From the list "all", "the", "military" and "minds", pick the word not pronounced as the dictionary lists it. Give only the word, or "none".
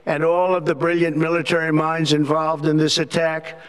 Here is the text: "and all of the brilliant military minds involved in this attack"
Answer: none